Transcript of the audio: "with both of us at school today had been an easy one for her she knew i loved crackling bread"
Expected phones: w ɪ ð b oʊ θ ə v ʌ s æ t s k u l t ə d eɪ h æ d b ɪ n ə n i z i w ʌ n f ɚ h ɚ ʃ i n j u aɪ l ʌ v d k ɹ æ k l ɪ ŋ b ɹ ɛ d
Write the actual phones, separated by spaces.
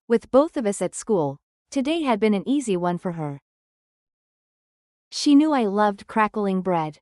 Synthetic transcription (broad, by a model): w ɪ ð b oʊ θ ə v ʌ s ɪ t s k u l t ə d eɪ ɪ d b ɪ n ə n i z i w ʌ n f ɚ ɚ ʃ i n j u aɪ l ʌ v d k ɹ æ k l ɪ ŋ b ɹ ɛ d